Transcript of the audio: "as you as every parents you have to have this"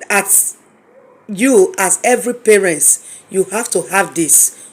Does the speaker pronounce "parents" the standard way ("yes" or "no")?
no